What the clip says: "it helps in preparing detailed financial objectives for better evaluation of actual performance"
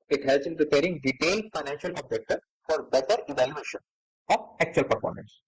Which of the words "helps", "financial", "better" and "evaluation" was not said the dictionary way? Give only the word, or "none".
helps